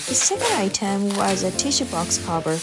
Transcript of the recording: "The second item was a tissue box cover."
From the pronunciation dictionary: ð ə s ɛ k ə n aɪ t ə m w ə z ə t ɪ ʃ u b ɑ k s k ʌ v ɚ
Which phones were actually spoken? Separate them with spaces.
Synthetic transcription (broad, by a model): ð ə s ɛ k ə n aɪ t ə m w ə z ə t ɪ ʃ u b ɑ k s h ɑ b ɚ